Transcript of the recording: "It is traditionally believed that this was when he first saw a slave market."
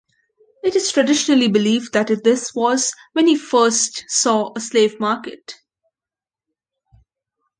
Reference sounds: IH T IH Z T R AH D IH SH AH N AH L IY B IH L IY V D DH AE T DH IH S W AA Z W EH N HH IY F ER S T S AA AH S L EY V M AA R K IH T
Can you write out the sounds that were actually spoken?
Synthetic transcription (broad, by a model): IH T IH Z T R AH D IH SH AH N AH L IY B IH L IY V D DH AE T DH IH S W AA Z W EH N HH IY F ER S T S AA AH S L EY V M AA R K IH T